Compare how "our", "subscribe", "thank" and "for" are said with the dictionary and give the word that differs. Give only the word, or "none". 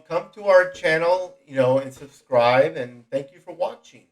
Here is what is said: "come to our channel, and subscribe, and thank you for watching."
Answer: none